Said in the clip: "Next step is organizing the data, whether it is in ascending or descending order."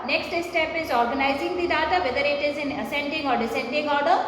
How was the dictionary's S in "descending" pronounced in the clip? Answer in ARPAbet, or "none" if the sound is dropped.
S